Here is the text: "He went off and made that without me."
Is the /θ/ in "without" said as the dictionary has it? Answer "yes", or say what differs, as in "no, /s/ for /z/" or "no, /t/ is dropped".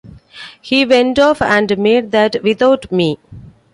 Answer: no, /t/ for /θ/